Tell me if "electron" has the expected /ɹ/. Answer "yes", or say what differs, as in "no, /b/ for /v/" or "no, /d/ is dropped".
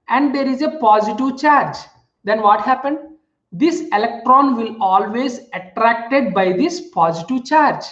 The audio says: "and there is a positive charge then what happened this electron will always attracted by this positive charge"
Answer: yes